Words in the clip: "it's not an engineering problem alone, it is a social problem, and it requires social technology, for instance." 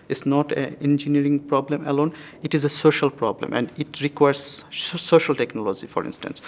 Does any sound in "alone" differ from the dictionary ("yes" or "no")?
no